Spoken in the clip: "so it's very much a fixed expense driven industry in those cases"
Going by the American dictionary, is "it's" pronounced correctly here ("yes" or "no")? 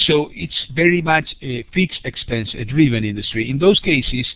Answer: yes